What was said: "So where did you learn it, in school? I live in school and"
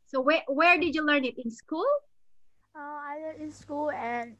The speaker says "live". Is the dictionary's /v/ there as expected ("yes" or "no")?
no